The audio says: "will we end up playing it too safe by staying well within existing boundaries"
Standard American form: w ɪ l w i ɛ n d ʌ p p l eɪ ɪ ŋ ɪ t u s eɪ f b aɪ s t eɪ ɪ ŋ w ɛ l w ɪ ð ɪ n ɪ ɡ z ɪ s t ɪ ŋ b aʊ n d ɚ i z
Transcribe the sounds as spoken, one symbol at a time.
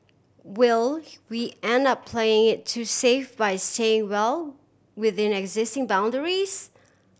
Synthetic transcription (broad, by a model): w ɪ l w i ɛ n d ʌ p p l eɪ ɪ ŋ ɪ t u s eɪ f b aɪ s t eɪ ɪ ŋ w ɛ l w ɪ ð ɪ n ɪ ɡ z ɪ s t ɪ ŋ b aʊ n d ɚ i z